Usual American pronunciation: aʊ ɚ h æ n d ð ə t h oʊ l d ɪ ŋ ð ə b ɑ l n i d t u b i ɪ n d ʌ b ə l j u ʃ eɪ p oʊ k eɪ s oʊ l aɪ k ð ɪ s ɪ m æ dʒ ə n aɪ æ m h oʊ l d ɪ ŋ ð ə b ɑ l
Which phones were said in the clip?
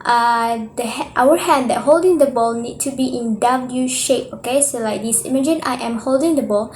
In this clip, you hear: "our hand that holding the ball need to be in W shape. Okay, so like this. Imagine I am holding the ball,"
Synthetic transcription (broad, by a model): aʊ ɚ h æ n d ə t h oʊ l d ɪ ŋ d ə b ɑ l n i d t u b i ɪ n d ʌ b ə l j u ʃ eɪ p oʊ k eɪ s oʊ l aɪ k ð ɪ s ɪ m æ dʒ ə n aɪ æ m h oʊ l d ɪ ŋ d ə b ɑ l